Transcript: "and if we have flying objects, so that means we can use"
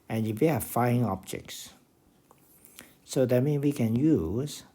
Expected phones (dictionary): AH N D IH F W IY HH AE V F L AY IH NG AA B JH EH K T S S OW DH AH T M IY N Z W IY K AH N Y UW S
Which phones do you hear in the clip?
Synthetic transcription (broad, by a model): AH N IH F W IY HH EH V F AY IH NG AA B JH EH K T S S OW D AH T M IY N W IY K AH N Y UW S